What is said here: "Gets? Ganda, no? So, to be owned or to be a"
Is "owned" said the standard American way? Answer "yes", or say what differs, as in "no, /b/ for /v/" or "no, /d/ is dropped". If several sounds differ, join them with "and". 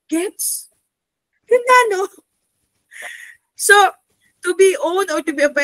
no, /d/ is dropped